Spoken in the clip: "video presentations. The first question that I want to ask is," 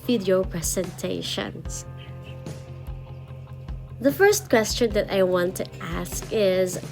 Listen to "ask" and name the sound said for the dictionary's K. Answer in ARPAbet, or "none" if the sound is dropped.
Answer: K